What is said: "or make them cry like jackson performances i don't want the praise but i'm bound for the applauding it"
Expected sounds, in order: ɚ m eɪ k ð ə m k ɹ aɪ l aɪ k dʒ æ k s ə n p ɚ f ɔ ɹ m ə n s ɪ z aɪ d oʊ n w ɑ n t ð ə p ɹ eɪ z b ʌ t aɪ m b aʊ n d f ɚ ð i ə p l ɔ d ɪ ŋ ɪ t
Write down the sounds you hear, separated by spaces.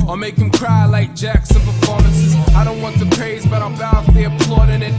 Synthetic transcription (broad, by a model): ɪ m eɪ k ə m k ɹ aɪ l aɪ k dʒ æ k s ə n p ɚ f ɔ ɹ m ə n s ɪ z aɪ d oʊ n w ɑ n t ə p ɹ eɪ z b ʌ t aɪ m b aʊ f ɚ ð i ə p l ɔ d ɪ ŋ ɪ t